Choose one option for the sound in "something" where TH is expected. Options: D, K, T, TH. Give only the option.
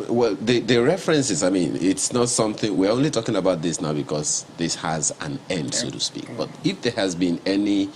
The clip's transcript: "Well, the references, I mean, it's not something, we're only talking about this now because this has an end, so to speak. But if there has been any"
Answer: TH